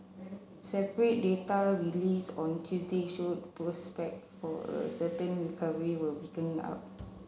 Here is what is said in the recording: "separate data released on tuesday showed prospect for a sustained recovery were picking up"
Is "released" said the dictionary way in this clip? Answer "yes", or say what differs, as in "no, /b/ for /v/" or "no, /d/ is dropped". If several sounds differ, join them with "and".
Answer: no, /t/ is dropped